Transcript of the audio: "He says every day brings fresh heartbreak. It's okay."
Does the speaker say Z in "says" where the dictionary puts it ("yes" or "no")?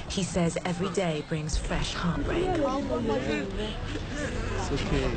yes